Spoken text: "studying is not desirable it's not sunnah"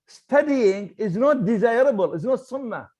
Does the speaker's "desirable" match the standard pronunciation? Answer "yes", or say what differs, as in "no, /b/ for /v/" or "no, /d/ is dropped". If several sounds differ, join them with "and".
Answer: yes